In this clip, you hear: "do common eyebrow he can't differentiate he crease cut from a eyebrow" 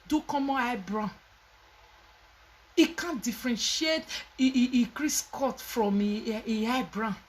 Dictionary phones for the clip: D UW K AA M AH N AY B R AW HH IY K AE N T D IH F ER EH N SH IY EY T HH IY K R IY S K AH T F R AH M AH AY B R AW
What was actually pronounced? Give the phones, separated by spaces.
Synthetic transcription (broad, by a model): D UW K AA M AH AY B R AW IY K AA N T D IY F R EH N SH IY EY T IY K R IY S K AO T F R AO M AH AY B R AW